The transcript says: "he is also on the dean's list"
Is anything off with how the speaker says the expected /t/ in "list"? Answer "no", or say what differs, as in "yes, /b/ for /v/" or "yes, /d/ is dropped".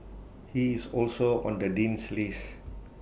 yes, /t/ is dropped